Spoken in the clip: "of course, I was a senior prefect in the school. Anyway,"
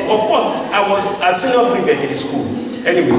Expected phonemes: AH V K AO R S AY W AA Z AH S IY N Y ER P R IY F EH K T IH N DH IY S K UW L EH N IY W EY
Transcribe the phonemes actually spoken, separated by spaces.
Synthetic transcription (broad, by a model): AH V K AO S AY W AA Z AH S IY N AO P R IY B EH T IH N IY S K UW L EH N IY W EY